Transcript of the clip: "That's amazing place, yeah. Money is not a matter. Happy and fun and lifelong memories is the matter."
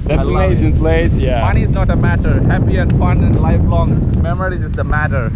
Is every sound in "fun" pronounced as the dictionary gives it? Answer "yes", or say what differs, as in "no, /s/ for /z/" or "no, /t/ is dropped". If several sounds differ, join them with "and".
yes